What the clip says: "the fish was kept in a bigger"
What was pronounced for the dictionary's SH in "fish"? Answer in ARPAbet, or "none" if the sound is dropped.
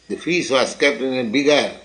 S